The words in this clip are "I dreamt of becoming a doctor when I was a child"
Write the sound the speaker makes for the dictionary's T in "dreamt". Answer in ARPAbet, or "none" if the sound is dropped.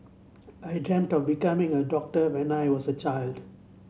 T